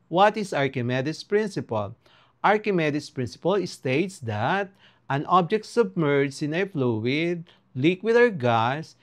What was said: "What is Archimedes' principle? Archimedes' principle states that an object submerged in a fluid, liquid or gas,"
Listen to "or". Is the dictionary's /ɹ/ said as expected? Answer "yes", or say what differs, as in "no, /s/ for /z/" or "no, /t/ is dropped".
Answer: no, /w/ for /ɹ/